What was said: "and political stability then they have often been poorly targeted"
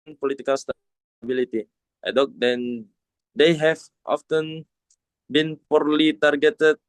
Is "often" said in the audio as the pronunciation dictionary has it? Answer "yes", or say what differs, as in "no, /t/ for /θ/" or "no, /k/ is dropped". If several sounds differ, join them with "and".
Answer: yes